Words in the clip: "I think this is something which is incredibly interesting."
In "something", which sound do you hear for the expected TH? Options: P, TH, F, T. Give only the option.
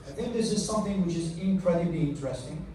TH